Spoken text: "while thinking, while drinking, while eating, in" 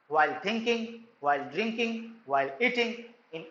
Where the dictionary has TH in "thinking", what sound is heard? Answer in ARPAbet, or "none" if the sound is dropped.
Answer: T